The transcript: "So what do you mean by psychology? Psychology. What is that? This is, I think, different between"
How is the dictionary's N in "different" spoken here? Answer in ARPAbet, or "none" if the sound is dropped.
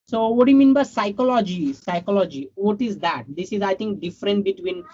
N